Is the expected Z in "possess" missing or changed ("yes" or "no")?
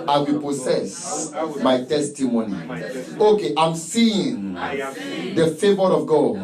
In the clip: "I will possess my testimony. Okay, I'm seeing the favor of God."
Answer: yes